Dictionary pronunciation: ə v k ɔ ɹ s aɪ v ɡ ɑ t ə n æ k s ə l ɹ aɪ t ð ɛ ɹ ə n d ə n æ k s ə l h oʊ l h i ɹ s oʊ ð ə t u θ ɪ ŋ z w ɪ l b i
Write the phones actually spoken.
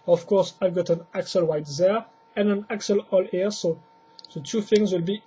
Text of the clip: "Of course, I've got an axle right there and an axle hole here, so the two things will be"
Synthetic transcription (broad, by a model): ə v k ɔ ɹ s aɪ v ɡ ɑ t ə n æ k s ə l w aɪ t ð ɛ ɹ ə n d ə n æ k s ə l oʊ l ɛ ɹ s oʊ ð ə t u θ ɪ ŋ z w ɪ l b i